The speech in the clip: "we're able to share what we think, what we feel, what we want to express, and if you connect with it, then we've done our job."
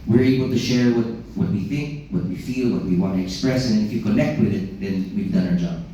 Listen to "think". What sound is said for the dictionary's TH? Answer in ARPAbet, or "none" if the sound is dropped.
TH